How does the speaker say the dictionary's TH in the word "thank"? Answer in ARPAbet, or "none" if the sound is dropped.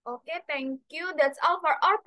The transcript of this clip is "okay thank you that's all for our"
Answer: T